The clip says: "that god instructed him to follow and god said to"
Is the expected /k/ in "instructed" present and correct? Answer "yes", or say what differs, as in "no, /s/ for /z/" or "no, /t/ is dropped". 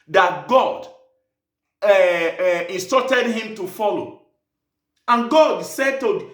no, /k/ is dropped